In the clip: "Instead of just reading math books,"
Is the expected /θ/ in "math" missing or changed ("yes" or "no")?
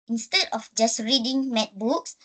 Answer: yes